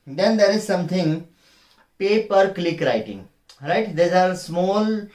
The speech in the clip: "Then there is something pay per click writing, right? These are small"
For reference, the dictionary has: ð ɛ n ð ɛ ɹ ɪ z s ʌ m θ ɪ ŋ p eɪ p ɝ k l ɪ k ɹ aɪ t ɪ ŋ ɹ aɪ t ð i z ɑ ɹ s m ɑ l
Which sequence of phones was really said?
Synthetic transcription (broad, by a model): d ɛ n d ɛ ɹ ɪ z s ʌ m t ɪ ŋ p eɪ p ɝ k l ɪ k ɹ aɪ t ɪ ŋ ɹ aɪ t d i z ɑ ɹ s m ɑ l